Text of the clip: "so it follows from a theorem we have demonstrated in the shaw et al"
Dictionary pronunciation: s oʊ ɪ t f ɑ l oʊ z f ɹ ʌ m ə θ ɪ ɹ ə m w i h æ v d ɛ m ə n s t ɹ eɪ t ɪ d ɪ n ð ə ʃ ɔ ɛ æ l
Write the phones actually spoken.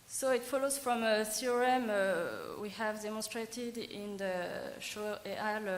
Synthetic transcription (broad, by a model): s oʊ ɪ t f ɑ l oʊ z f ɹ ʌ m ə s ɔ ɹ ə m w i h æ v d ɛ m ə n s t ɹ eɪ t ɪ d ɪ n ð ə ʃ ɔ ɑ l